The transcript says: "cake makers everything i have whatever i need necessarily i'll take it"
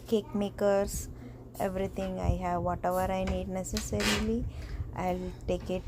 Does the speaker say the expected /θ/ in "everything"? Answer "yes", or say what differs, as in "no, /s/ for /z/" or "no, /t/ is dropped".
no, /t/ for /θ/